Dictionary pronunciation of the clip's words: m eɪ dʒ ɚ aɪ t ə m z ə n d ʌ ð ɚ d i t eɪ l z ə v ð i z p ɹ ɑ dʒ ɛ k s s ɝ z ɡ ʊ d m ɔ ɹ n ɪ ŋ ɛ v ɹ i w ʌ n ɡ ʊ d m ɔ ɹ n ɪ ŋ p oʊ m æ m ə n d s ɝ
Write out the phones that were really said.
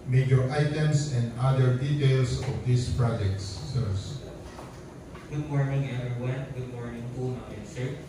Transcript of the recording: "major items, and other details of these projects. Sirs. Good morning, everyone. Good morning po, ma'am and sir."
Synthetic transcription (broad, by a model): m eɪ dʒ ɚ aɪ t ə m s ə n d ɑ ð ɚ d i t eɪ l s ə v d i s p ɹ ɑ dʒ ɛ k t s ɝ s ɡ ʊ d m ɔ ɹ n ɪ ŋ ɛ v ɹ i w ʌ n ɡ ʊ d m ɔ ɹ n ɪ ŋ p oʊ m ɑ ə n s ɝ